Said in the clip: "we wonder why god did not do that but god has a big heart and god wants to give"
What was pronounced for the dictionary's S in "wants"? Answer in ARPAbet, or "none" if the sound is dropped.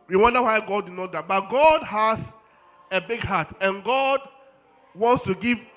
S